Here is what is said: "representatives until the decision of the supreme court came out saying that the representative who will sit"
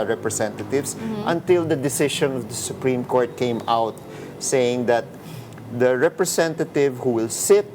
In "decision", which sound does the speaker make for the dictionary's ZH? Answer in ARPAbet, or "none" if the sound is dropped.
SH